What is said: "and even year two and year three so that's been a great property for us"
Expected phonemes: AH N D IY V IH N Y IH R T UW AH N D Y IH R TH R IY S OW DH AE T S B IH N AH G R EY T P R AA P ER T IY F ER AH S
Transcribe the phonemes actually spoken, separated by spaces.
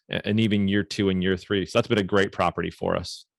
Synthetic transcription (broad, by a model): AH N IY V IH N Y IH R T UW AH N Y IH R TH R IY S OW DH AE T S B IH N AH G R EY T P R AA P ER T IY F ER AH S